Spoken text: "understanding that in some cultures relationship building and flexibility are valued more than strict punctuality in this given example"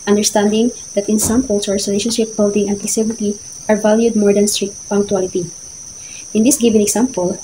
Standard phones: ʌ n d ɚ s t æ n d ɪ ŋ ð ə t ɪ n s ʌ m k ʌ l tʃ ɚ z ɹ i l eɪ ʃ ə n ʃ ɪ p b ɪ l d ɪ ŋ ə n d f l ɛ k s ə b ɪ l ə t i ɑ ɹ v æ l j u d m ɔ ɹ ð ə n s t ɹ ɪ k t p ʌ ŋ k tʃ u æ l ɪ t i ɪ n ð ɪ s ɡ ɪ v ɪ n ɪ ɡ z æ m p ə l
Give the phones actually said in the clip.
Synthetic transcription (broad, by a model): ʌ n d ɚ s t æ n d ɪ ŋ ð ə t ɪ n s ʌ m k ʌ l s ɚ s ɹ i l eɪ ʃ ə n ʃ ɪ p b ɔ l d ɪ ŋ ə n d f ɛ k s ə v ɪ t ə t ɑ ɹ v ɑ l j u d m ɔ ɹ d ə n s t ɹ ɪ k t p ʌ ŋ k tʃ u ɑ l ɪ t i ɪ n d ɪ s ɡ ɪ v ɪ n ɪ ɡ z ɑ m p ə l